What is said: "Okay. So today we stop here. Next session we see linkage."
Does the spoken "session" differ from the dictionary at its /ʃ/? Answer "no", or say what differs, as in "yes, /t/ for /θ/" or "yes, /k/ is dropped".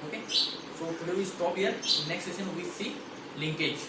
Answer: yes, /s/ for /ʃ/